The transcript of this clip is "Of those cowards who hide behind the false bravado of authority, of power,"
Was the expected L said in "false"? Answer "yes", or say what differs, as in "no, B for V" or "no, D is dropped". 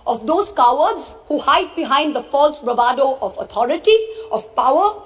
yes